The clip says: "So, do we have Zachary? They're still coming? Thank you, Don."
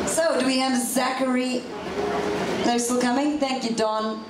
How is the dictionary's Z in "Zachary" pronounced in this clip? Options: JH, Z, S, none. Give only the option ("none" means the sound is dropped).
Z